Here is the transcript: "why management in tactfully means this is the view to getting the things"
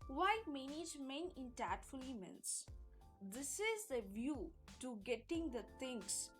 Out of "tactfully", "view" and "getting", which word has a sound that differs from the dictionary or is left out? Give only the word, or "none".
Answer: tactfully